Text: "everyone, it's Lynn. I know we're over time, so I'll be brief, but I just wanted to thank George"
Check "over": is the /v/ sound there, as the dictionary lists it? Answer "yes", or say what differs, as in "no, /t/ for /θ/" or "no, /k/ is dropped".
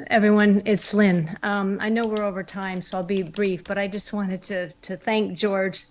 yes